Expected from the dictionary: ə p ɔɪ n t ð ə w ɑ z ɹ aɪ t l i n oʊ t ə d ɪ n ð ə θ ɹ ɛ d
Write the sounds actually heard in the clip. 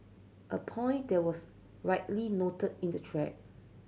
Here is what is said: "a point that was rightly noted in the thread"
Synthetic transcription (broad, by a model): ə p ɔɪ n t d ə w ɑ s ɹ aɪ t l i n oʊ t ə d ɪ n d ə t ɹ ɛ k